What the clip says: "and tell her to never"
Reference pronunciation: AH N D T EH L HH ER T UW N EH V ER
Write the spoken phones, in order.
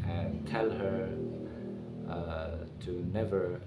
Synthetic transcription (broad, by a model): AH N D T EH L HH ER T UW N EH V ER